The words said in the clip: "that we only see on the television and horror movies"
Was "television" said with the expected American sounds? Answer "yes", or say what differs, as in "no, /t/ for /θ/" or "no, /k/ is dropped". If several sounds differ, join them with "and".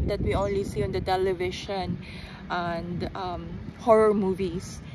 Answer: no, /ʃ/ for /ʒ/